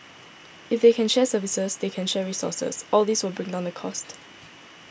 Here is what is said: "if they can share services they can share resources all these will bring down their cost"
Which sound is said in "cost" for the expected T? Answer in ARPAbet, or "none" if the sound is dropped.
T